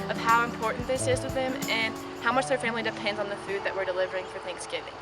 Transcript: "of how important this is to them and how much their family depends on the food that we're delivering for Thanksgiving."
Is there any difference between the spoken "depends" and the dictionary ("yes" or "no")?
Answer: no